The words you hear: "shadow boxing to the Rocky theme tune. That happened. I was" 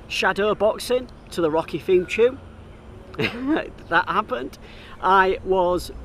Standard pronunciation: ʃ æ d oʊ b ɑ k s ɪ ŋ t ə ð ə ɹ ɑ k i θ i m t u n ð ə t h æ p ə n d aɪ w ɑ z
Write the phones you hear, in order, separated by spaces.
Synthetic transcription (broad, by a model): ʃ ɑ d oʊ b ɑ k s ɪ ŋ t ə ð ə ɹ ɑ k i f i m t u ð ə t h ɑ p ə n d aɪ w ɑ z